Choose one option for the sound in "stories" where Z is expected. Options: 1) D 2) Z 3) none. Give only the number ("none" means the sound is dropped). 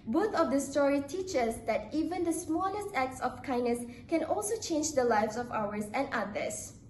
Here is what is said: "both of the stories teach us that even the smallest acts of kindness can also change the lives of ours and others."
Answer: 3